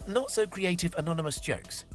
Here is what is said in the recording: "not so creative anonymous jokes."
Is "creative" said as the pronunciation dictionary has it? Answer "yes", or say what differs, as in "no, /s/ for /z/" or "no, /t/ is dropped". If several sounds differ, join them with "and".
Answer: yes